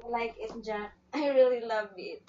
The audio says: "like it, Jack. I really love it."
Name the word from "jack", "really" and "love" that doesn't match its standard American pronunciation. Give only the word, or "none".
jack